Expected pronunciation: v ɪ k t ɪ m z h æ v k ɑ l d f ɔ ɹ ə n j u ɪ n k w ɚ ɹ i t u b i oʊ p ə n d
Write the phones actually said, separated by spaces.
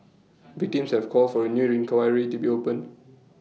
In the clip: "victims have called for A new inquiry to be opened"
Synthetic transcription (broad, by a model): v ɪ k t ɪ m s h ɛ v k ɑ l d f ɔ ɹ ə n j u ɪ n k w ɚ ɹ i t u b i oʊ p ə n